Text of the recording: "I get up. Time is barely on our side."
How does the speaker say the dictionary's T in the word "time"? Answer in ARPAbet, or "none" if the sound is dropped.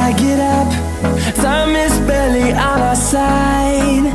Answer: S